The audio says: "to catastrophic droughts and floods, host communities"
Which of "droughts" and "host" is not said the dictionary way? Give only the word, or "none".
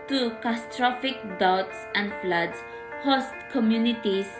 droughts